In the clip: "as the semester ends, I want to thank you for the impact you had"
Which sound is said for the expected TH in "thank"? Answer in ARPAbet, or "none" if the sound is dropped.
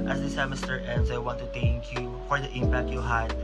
T